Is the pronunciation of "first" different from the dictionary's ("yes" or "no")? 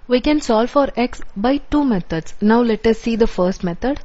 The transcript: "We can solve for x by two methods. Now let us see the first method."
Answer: no